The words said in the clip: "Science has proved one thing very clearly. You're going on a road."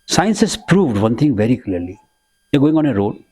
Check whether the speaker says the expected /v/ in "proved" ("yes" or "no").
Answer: yes